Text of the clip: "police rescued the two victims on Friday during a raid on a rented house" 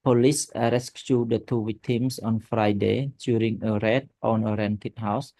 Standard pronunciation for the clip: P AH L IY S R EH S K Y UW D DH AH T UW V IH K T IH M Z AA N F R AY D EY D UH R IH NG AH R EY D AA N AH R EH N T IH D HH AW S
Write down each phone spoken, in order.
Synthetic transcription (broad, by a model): P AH L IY S R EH S K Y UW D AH T UW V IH K T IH M S AA N F R AY D EY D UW R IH NG AH R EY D AA N AH R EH N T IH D HH AW S